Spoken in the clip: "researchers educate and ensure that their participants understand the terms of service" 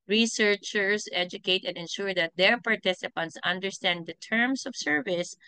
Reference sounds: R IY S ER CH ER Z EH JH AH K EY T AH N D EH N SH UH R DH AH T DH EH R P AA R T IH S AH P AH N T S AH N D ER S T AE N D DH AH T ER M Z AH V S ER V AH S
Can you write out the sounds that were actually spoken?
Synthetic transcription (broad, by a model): R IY S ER CH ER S EH JH AH K EY T AH N D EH N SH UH R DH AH T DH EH R P AA R T IH S AH P AH N T S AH N D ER S T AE N D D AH T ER M S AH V S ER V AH S